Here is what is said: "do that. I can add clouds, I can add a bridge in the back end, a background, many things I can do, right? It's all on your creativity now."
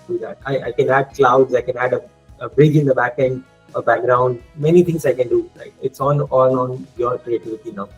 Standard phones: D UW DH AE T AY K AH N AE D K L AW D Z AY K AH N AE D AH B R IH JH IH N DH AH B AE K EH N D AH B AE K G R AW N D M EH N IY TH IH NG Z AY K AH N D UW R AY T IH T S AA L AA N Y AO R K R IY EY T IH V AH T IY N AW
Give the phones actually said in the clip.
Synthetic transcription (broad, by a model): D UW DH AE T AY K AH N AE D K L AW D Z AY K AH N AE D AH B R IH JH IH N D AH B AE K EH N D AH B AE K G R AW N D M EH N IY T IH NG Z AY K AH N D UW L AY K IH T S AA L AA N Y AO R K R IY EY T IH V AH T IY N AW